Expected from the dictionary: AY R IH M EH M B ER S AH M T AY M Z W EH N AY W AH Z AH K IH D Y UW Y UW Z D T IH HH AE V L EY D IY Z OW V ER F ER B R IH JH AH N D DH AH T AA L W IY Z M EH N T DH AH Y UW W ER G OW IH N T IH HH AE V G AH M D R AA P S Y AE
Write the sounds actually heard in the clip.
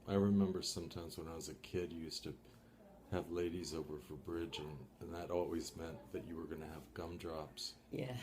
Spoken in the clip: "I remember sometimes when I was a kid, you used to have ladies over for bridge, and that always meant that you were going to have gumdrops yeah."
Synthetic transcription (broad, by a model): AY R IH M EH M B ER S AH M T AY M Z W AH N AY W AH Z AH K IH D Y UW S T IH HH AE V L EY D IY Z OW V ER F ER B R IH JH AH N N DH AH T AA L W IY Z M EH N DH AH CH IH W ER G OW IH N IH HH V G AH M D R AA P S Y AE